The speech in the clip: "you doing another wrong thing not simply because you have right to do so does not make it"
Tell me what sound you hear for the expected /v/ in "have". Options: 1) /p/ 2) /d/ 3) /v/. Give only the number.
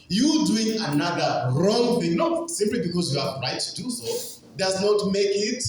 1